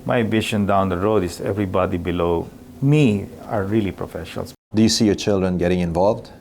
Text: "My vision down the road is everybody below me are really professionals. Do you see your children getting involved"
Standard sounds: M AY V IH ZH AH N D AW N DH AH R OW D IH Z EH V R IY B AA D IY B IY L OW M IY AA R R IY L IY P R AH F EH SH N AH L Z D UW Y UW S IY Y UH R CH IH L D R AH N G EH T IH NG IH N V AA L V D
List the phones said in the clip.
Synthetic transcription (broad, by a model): M AY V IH SH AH N D AW N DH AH R OW D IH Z EH V R IY B AA D IY B IY L OW M IY AA R R IY L IY P R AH F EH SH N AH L S D UW Y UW S IY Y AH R CH IH L D R AH N G EH T IH NG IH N V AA L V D